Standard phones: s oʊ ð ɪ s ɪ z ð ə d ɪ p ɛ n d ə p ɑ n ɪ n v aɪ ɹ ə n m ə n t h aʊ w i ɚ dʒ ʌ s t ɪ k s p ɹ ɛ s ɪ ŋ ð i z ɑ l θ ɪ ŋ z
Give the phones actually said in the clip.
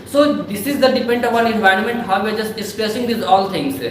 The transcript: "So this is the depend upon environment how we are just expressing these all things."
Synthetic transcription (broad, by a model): s oʊ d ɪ s ɪ z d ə d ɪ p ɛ n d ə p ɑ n ɪ n v aɪ ɹ ə n m ə n t h aʊ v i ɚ dʒ ʌ s t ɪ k s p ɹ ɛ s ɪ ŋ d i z ɑ l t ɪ ŋ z